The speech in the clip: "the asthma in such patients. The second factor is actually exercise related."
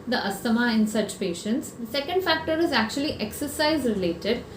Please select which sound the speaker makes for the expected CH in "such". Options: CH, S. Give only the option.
CH